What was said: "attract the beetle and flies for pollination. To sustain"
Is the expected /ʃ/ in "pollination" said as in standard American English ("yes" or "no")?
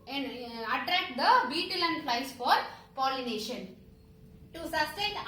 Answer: yes